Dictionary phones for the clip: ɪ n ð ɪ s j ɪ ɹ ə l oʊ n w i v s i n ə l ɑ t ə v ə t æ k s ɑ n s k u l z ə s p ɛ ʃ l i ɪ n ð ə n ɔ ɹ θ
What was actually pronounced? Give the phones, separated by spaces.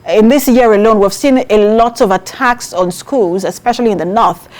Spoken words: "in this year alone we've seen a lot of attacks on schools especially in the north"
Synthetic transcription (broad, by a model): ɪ n ð ɪ s j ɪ ɹ ə l oʊ n w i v s i n ə l ɑ t ə v ə t æ k s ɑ n s k u l z ə s p ɛ ʃ l i ɪ n ð ə n ɔ ɹ θ